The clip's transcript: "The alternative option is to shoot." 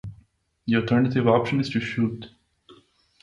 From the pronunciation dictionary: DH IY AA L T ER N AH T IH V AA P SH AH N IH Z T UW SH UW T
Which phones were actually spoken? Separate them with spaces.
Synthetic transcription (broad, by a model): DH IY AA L T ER N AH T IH V AA P SH AH N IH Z T UW SH UW T